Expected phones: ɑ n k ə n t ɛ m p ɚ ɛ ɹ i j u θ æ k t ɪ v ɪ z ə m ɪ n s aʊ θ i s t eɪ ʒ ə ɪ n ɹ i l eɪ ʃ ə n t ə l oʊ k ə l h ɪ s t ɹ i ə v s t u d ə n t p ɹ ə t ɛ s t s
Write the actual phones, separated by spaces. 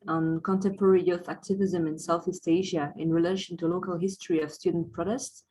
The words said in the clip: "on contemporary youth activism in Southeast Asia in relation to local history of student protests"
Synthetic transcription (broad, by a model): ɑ n k ə n t ɛ m p ɚ ɛ ɹ i j u θ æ k t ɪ v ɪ z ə m ɪ n s aʊ θ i s t eɪ ʒ ə ɪ n ɹ i l eɪ ʃ ə n t ə l oʊ k ə l h ɪ s t ɹ i ə v s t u d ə n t p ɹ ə t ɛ s t s